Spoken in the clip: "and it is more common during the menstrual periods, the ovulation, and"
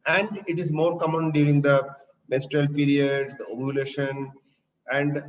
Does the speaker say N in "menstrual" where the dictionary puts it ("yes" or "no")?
no